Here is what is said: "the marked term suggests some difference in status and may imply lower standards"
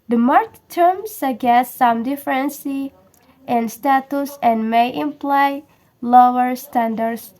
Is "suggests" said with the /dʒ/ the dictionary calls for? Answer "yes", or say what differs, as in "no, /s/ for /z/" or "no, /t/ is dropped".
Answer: no, /dʒ/ is dropped